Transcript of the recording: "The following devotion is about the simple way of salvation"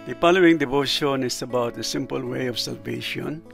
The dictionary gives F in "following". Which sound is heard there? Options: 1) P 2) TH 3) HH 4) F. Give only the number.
1